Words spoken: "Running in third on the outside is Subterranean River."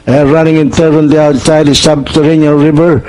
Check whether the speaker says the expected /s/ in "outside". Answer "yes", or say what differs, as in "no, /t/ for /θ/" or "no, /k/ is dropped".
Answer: no, /s/ is dropped